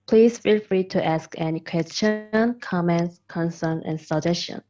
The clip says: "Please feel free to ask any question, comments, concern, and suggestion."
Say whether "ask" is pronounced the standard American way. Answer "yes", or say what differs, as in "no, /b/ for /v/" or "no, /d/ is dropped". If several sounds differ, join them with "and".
yes